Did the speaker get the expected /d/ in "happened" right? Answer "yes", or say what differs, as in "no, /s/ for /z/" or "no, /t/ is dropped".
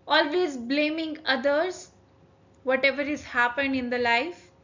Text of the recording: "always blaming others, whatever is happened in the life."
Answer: yes